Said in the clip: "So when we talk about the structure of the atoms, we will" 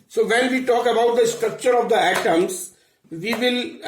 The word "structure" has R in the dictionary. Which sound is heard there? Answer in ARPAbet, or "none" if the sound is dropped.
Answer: R